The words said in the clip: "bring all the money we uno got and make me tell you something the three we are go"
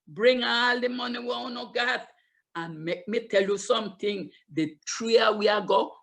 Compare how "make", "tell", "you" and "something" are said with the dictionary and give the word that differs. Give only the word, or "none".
something